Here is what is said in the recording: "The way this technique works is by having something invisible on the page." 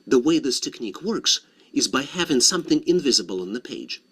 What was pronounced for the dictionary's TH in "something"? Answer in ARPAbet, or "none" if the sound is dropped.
TH